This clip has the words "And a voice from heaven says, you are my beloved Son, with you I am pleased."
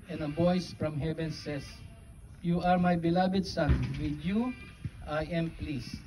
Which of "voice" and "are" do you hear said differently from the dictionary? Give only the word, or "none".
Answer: voice